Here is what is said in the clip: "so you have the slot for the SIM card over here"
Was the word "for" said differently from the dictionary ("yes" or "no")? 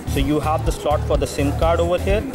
no